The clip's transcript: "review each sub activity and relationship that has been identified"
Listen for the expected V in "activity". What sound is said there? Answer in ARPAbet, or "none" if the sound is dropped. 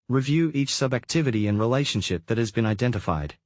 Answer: V